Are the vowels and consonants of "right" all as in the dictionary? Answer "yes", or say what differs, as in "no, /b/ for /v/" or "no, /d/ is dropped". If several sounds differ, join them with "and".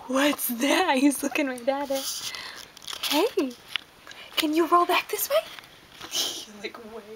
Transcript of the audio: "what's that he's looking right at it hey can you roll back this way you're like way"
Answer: no, /l/ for /ɹ/